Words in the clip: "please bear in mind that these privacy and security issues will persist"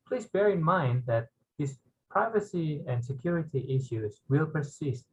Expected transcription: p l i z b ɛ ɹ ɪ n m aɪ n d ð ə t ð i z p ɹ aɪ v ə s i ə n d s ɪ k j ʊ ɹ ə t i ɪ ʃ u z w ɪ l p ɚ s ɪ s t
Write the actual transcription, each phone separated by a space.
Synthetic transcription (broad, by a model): p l i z b ɛ ɹ ɪ n m aɪ n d ð ə t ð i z p ɹ aɪ v ə s i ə n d s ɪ k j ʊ ɹ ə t i ɪ ʃ u z w ɪ l p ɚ s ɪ s t